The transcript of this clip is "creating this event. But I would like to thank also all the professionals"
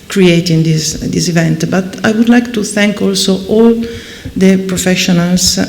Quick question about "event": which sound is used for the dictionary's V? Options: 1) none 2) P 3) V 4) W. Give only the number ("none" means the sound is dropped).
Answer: 3